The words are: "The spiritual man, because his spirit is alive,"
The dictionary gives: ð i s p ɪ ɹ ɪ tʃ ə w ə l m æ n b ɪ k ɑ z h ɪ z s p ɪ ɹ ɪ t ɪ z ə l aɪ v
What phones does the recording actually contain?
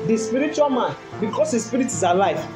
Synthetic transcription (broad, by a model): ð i s p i ɹ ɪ tʃ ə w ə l m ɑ n b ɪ k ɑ s h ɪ s p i ɹ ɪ t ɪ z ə l aɪ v